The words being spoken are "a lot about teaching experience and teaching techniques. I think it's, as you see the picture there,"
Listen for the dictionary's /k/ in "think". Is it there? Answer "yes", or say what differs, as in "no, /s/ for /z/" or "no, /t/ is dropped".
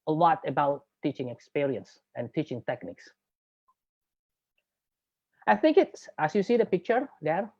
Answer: yes